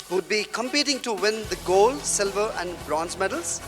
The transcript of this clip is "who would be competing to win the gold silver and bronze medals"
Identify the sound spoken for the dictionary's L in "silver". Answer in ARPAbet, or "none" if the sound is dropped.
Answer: L